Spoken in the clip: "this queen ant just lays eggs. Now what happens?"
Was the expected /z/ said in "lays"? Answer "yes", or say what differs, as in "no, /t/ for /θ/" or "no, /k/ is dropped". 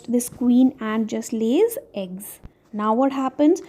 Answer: yes